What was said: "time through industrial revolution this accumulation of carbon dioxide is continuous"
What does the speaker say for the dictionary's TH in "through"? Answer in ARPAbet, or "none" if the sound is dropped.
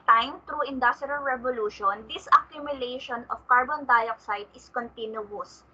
T